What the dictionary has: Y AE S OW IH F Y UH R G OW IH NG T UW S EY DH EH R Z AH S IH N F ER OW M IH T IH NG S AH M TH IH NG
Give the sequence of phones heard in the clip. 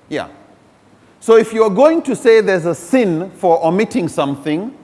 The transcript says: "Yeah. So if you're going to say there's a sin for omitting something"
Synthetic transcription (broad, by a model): Y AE S OW IH F Y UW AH G OW IH NG T UW S EY DH EH R Z AH S IH N F ER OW M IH T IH NG S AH M TH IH NG